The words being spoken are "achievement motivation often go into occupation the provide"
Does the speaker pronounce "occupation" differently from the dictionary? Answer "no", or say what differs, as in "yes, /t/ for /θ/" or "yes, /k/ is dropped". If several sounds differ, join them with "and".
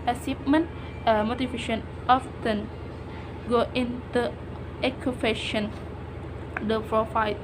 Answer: yes, /f/ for /p/